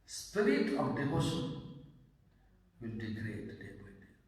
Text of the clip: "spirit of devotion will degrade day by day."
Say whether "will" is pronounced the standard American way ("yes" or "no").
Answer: no